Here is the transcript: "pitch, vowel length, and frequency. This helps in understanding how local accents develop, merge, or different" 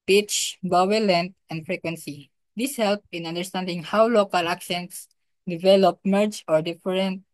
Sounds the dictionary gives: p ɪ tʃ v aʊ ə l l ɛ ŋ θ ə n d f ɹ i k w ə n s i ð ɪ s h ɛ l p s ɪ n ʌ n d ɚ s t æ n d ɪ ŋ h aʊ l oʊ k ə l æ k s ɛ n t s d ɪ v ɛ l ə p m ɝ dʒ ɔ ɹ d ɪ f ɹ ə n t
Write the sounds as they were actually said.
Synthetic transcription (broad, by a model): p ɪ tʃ b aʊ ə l l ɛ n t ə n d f ɹ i k w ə n s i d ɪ s h ɛ l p ɪ n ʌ n d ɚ s t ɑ n d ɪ ŋ h aʊ l oʊ k ə l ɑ k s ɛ n s d ɪ v ɛ l ə p m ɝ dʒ ɔ ɹ d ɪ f ɹ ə n t